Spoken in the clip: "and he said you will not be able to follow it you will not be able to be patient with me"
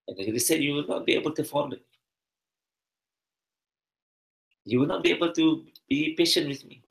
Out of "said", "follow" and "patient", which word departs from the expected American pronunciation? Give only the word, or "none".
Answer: follow